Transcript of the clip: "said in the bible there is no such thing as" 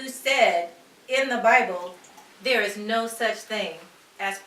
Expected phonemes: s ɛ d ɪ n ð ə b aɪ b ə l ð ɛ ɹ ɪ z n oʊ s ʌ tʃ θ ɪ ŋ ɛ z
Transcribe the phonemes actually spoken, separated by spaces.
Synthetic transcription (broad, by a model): s ɛ d ɪ n ð ə b aɪ b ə l ð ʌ ɹ ɪ z n oʊ s ʌ tʃ θ ɪ ŋ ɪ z